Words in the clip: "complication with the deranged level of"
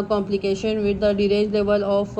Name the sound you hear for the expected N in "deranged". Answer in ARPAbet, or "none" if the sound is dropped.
none